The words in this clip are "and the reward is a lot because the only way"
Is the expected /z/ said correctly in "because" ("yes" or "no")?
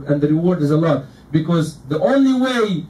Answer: yes